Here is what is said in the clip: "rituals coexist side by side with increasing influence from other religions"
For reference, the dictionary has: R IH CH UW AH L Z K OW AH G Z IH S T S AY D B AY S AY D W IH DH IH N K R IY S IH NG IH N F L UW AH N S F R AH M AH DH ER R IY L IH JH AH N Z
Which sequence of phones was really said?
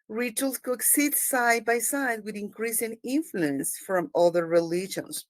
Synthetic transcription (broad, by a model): R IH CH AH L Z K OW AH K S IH T S AY D B AY S AY D W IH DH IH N K R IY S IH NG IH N F L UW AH N S F R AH M AH DH ER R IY L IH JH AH N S